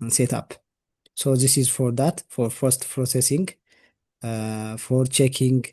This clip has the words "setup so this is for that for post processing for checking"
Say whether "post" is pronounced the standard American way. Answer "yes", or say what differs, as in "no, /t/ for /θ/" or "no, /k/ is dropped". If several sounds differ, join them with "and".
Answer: no, /f/ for /p/